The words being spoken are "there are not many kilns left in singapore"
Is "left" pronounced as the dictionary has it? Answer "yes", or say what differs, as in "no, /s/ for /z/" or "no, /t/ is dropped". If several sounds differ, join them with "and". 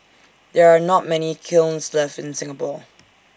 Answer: no, /t/ is dropped